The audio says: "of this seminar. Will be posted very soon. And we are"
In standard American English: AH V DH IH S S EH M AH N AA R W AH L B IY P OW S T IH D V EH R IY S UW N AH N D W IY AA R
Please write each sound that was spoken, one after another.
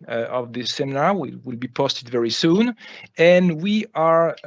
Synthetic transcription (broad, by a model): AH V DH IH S S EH M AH N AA W W AH L B IY P OW S T IH D V EH R IY S UW N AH N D W IY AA R